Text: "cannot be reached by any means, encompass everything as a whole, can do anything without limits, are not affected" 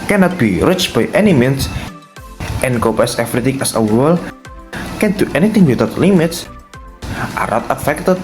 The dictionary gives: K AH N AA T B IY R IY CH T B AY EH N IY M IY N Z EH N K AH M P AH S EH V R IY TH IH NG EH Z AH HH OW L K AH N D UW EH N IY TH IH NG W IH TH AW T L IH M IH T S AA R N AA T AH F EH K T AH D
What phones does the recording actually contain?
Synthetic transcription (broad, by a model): K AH N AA T B IY R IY CH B AY EH N IY M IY N S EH N K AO P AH S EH F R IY T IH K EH S AH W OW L K AH N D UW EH N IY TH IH NG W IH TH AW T L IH M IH T S AA R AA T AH F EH K T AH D